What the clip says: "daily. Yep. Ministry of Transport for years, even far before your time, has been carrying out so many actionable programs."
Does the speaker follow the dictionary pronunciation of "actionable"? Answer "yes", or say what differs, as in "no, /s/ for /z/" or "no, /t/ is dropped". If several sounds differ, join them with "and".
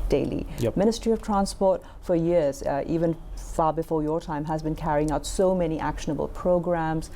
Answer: yes